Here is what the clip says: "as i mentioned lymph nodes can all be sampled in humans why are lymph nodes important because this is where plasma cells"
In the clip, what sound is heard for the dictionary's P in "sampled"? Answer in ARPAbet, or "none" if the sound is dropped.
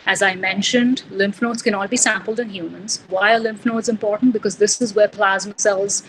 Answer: P